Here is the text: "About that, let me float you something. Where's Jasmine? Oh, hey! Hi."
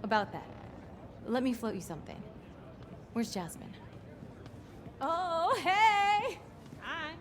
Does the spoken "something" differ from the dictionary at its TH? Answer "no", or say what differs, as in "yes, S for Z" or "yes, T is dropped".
no